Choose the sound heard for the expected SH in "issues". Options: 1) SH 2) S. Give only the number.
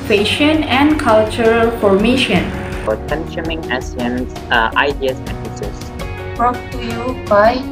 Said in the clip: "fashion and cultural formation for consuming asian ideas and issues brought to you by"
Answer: 2